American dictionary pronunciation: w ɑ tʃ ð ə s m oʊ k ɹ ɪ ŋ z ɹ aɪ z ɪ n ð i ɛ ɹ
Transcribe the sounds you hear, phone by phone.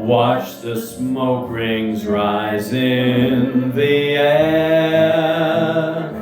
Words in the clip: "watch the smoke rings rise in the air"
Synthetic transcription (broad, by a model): w ɑ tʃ ð ə s m oʊ k ɹ ɪ ŋ z ɹ aɪ z ɪ n ð i ɛ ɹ